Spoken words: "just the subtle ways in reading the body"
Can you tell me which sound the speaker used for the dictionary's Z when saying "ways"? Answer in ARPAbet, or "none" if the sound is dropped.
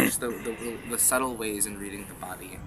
Z